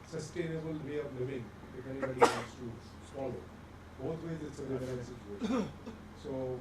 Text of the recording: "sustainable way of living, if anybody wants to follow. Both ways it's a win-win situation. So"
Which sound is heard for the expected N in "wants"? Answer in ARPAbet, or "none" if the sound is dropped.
none